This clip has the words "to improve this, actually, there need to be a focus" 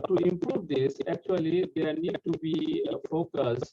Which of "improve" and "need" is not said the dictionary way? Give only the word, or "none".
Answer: none